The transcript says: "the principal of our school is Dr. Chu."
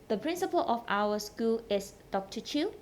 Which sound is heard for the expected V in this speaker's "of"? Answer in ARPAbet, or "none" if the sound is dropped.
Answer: F